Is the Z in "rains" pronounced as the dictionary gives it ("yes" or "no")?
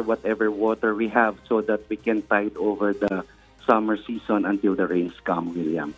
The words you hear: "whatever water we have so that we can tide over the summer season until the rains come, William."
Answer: no